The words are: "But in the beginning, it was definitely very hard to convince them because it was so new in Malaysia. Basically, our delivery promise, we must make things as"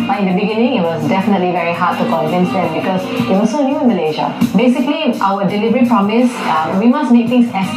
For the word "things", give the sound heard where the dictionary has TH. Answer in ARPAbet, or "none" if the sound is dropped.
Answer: T